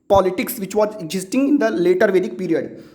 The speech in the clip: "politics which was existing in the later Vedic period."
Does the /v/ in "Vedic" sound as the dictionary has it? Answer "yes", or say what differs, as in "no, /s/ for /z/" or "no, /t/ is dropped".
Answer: yes